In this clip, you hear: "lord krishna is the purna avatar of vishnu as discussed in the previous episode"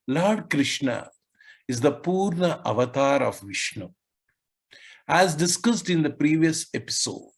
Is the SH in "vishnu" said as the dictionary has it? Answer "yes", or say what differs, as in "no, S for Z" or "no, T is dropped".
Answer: yes